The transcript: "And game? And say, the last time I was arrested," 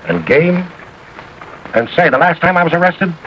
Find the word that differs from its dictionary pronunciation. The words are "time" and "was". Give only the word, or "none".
none